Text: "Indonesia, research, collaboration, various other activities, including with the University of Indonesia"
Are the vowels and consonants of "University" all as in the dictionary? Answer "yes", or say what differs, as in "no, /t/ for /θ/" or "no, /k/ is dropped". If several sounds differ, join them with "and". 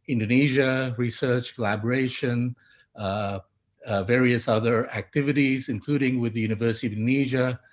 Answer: yes